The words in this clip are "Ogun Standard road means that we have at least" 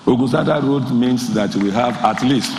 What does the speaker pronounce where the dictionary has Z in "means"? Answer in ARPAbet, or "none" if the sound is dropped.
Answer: S